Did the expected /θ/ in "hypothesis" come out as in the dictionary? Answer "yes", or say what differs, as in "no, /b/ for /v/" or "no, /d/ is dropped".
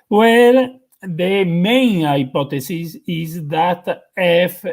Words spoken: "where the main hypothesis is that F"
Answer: no, /t/ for /θ/